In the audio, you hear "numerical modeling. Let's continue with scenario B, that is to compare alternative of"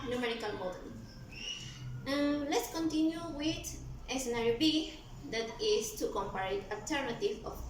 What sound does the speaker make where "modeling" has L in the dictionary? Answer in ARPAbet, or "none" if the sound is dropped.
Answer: none